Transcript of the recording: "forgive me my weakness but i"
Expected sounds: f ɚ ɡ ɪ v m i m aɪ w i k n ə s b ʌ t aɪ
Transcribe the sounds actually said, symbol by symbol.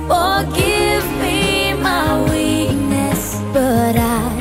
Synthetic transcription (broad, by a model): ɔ ɡ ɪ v m i m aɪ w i n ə s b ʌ t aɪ